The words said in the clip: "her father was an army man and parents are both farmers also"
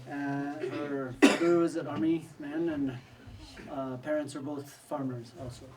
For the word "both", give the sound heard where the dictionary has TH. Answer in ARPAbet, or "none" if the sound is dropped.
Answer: TH